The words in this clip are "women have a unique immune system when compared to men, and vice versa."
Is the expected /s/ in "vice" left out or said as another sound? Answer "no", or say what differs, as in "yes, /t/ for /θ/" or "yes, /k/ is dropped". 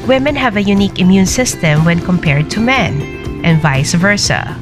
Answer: no